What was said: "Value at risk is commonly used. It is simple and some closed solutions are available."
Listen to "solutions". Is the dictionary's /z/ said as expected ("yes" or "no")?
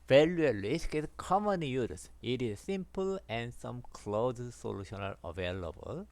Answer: no